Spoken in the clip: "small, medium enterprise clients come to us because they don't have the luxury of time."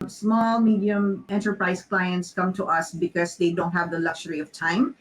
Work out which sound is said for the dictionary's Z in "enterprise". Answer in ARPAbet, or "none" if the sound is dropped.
S